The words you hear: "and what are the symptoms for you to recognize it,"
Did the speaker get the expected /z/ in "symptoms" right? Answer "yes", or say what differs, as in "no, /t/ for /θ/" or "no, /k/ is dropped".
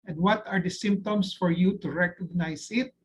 no, /s/ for /z/